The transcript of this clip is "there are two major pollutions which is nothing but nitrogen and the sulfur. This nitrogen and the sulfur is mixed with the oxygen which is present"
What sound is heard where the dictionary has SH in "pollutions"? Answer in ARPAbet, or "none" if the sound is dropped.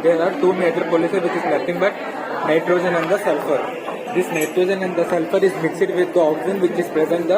S